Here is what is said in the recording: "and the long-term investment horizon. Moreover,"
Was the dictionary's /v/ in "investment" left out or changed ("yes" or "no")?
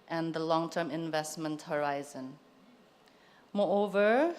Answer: no